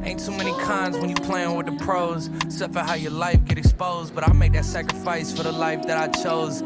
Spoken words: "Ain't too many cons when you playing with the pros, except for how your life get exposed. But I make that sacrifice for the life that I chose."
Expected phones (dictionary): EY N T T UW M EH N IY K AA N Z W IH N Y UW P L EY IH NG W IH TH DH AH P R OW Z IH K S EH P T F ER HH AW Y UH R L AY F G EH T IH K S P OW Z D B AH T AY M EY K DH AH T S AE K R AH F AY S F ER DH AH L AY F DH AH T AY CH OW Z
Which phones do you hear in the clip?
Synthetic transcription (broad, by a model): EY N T S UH M EH N IY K AA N Z W IH N Y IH P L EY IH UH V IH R DH AH P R OW IH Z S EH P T F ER HH AW Y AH R L AY F G EH T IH K S P OW Z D B AH T AY M EY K DH AH T S AE K R AH F AY S F ER DH AH L AY F DH AH T AY CH OW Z